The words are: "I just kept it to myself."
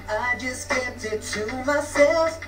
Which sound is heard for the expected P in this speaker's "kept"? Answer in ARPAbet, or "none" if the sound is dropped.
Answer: none